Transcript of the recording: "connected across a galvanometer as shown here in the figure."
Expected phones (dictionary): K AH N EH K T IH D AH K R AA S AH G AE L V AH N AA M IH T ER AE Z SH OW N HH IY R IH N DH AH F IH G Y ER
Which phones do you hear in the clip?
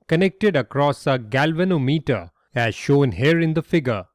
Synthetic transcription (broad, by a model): K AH N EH K T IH D AH K R AA S AH G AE L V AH N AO M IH T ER AE Z SH OW N HH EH R IH N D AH F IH G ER